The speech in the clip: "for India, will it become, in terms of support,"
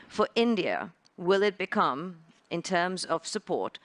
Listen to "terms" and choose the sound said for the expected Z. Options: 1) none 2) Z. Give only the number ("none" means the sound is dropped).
2